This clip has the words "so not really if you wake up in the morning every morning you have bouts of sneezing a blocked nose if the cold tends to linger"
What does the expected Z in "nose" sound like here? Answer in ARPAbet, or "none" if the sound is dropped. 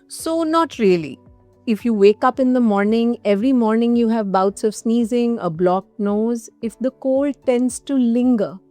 Z